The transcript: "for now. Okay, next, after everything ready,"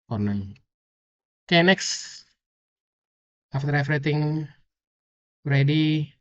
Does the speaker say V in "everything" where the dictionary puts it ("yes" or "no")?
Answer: no